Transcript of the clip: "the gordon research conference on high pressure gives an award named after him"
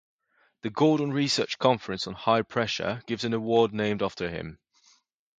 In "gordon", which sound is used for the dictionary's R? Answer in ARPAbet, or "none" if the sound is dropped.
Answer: L